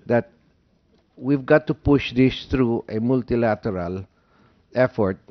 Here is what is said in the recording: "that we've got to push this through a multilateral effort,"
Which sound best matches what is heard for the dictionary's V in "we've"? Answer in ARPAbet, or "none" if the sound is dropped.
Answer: V